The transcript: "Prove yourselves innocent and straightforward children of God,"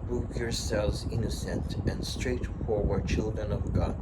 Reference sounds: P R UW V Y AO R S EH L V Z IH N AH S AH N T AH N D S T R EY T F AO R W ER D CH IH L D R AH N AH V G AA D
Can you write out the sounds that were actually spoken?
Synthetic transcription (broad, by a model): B R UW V Y AO R S EH L V Z IH N AH S AH N T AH N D S T R EY T F AO R W ER D CH IH L D R AH N AH V G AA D